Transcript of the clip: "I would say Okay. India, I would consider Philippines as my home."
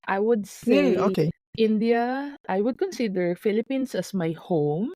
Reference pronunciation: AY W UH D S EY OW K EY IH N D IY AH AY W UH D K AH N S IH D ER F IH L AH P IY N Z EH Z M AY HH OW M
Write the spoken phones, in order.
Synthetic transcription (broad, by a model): AY W UH D S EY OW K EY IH N D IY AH AY W UH D K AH N S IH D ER F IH L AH P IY N S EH S M AY HH OW M